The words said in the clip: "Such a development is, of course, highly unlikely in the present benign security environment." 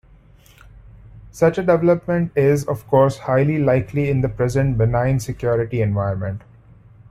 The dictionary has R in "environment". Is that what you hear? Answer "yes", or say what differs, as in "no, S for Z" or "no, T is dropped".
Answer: no, R is dropped